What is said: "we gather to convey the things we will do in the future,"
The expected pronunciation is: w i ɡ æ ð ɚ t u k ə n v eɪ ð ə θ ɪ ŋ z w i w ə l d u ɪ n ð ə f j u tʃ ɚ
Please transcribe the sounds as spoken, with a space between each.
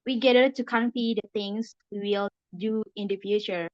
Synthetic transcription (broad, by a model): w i ɡ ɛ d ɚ t u k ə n p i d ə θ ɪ ŋ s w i w ə l d u ɪ n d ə f j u tʃ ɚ